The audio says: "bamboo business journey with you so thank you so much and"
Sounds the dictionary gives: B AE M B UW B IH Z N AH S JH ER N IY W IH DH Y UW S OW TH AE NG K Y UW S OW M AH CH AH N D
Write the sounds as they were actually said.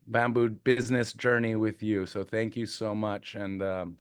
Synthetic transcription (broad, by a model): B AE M B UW B IH Z N AH S JH ER N IY W IH DH Y UW S OW TH AE NG K Y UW S OW M AH CH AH N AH